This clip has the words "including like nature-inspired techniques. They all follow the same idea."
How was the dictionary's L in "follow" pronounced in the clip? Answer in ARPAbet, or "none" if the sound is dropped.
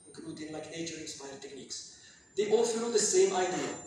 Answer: N